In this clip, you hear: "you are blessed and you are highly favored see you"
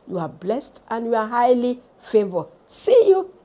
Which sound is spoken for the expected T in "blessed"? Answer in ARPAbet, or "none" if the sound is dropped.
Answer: T